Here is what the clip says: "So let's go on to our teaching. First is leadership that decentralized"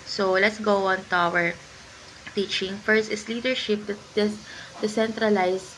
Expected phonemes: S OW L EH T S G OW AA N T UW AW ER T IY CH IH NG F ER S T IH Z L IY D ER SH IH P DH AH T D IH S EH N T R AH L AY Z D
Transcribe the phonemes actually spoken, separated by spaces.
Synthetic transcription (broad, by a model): S OW L EH T S G OW AA N T UW AW ER T IY CH IH NG F ER S T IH S L IY D ER SH IH P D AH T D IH S EH N T R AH L AY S